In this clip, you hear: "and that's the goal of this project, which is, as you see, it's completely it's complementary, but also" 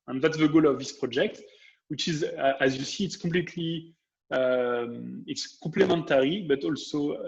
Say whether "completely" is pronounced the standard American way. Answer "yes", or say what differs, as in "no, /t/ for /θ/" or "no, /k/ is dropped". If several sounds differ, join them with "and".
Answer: no, /m/ is dropped